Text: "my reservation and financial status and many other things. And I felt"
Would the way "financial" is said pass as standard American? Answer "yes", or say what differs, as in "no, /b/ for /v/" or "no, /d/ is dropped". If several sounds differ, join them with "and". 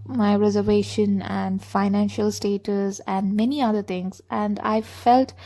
yes